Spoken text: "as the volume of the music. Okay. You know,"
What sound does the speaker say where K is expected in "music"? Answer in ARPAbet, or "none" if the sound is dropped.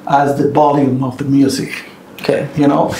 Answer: K